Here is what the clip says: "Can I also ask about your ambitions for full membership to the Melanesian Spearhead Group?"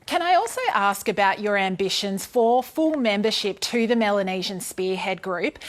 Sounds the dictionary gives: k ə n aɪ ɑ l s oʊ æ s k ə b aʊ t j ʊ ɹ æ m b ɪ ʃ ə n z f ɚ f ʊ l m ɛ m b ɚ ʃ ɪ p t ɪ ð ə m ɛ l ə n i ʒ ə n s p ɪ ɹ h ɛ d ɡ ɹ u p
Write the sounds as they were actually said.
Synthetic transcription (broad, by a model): k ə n aɪ ɑ l s oʊ æ s k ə b aʊ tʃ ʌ ɹ æ m b ɪ ʃ ə n z f ɚ f ʊ l m ɛ m b ɚ ʃ ɪ p t ɪ ð ə m ɛ l ə n i ʒ ə n s p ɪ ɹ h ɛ d ɡ ɹ u p